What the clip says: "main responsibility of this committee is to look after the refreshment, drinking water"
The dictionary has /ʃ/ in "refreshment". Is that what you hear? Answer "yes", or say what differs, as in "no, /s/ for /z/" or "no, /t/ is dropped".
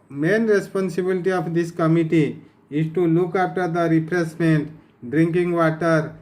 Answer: no, /s/ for /ʃ/